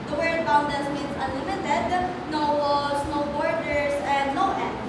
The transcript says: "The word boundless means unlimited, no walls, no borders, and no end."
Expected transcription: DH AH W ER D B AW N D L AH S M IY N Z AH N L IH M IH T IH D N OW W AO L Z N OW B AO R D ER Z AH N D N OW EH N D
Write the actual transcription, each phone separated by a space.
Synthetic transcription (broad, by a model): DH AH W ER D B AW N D AH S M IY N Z AH N L IH M IH T IH D N OW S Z N OW B AO R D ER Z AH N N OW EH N